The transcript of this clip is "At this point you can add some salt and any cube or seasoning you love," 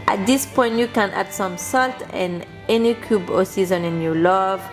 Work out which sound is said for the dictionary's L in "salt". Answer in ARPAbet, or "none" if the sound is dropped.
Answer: L